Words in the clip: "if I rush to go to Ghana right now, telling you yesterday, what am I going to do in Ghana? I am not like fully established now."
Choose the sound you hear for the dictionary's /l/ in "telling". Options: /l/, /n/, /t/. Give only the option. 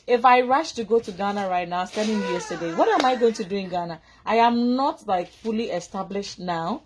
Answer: /n/